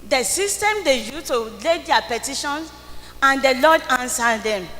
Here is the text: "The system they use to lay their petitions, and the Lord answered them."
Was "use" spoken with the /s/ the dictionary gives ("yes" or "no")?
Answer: no